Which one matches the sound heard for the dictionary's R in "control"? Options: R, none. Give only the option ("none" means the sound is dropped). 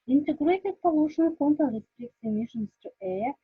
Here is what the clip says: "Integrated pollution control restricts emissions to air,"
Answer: none